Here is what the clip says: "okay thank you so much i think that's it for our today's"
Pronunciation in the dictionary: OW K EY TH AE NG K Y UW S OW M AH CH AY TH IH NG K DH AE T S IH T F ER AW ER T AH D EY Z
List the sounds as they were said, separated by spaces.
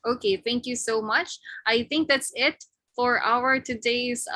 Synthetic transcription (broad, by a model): OW K EY TH AE NG K Y UW S OW M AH CH AY TH IH NG K DH AE T S IH T F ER AW ER T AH D EY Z